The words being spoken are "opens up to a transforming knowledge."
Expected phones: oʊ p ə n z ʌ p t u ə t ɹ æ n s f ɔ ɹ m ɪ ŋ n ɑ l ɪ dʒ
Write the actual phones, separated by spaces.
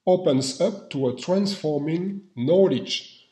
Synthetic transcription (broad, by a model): oʊ p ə n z ʌ p t u ə t ɹ æ n s f ɔ ɹ m ɪ ŋ n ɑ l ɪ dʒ